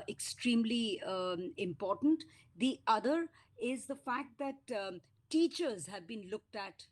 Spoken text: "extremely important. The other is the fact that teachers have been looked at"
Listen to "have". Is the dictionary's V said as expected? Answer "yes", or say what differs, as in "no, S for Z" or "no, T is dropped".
yes